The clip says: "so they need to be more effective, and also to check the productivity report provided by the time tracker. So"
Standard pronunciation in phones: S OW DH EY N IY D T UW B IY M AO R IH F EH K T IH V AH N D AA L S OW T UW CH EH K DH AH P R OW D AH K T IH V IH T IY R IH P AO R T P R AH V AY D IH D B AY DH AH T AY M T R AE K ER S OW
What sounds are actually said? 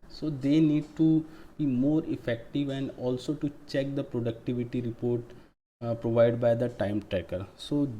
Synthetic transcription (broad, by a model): S OW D EY N IY D T UW B IY M AO R IH F EH K T IH V AH N D AA L S OW T UW CH EH K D AH P R OW D AH K T IH V IH T IY R IH P AO R T P R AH V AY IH D B AY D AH T AY M T R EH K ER S OW